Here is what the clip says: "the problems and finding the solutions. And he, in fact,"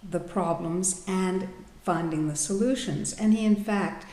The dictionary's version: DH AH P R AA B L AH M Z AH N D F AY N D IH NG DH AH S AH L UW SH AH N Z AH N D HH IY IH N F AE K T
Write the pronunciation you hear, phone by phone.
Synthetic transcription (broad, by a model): DH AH P R AA B L AH M Z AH N F AY N D IH NG DH AH S AH L UW SH AH N Z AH N IY IH N F AE K T